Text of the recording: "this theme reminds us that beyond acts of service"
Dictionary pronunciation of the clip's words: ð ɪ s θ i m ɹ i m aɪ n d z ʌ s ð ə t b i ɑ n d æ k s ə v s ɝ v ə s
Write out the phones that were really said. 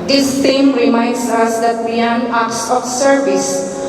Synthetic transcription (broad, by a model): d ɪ s t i m ɹ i m aɪ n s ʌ s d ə t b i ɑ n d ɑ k s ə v s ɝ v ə s